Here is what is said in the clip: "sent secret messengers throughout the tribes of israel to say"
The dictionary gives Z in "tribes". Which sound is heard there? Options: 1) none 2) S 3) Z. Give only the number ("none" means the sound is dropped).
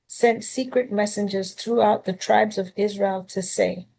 3